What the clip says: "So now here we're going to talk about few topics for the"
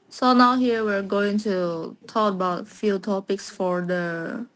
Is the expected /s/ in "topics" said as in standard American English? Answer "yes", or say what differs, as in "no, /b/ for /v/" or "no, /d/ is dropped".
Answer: yes